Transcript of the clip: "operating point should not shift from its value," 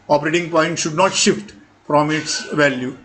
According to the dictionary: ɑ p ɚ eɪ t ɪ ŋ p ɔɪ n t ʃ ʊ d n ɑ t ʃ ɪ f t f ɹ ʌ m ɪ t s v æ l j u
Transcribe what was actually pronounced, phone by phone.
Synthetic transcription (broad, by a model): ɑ p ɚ eɪ t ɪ ŋ p ɔɪ n t ʃ ʊ d n ɑ t ʃ ɪ f t f ɹ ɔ m ɪ t s v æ l j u